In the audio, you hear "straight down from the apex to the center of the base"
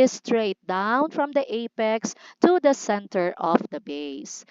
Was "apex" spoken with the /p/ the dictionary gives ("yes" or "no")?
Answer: yes